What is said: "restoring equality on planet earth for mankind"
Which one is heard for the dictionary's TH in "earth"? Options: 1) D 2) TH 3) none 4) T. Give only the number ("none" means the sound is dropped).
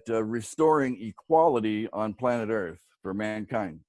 2